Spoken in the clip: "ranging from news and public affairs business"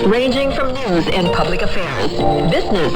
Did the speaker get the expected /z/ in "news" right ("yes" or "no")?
yes